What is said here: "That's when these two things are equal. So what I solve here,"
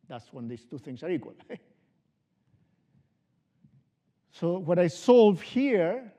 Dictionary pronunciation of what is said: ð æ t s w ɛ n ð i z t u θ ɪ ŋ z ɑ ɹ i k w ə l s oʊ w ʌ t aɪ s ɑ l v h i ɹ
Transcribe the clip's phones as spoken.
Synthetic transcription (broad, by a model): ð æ t s w ɛ n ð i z t u θ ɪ ŋ s ɑ ɹ i k w ə l s oʊ w ʌ t aɪ s ɑ l v h i ɹ